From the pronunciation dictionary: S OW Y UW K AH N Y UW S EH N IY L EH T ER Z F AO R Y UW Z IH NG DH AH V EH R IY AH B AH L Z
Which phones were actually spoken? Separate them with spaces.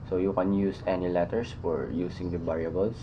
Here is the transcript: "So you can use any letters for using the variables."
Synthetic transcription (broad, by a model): S OW Y UW K AH N Y UW S EH N IY L EH T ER S F AO R Y UW S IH NG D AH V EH R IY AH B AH L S